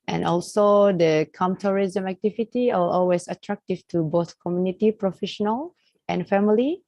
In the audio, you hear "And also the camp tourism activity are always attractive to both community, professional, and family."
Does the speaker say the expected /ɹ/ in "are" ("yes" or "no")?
no